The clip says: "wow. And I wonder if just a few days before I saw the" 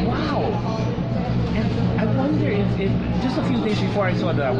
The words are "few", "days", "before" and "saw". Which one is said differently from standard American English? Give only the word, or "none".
none